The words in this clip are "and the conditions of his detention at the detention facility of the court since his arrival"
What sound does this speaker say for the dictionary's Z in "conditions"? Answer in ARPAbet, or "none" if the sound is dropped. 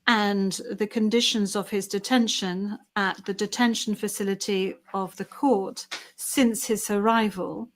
Z